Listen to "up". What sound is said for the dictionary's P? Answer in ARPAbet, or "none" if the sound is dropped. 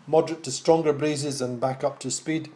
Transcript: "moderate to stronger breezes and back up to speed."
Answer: P